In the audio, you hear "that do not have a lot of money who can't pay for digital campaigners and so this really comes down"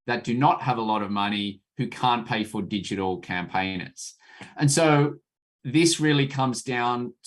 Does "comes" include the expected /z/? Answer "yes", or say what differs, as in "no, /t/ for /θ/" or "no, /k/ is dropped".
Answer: yes